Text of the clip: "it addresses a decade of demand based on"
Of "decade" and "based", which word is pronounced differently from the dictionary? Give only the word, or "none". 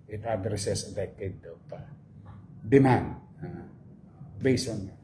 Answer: based